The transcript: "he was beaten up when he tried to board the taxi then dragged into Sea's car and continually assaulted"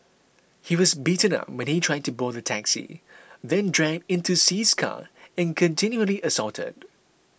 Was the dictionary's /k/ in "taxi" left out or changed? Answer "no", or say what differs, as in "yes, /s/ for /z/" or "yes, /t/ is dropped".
no